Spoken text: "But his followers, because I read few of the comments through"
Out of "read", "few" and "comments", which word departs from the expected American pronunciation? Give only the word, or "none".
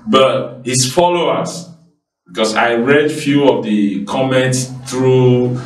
none